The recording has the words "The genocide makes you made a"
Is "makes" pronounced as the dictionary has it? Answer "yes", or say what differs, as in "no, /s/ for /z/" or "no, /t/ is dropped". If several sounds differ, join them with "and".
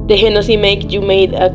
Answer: no, /s/ is dropped